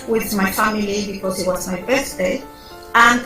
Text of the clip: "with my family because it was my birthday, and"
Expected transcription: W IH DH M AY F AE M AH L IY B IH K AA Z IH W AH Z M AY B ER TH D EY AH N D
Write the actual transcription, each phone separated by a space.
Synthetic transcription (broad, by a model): W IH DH M AY F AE M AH L IY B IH K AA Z IH W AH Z M AY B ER S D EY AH N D